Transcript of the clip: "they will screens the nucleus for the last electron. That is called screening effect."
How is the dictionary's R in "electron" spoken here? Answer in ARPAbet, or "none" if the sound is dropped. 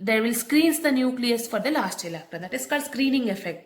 none